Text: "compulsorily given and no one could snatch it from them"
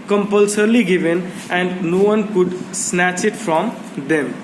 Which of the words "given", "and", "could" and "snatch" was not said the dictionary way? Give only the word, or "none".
none